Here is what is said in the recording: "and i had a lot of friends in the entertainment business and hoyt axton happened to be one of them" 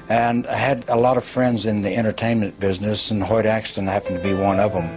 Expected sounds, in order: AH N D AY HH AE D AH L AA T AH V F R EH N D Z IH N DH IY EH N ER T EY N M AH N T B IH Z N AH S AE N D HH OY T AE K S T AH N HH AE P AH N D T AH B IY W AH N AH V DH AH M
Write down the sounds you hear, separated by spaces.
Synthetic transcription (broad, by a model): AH N AY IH D AH L AA T AH V F R EH N D Z IH N DH IY EH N ER T EY N M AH N B IH Z N AH S N HH OY T AE K S T AH N HH AE P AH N T AH B IY W AH N AH V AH M